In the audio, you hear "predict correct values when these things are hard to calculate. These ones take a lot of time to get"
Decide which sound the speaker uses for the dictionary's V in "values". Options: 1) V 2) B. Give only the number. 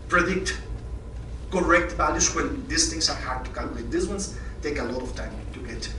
2